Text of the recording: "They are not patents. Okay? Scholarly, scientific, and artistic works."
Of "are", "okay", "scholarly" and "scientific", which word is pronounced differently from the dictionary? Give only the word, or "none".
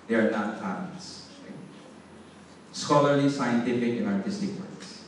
okay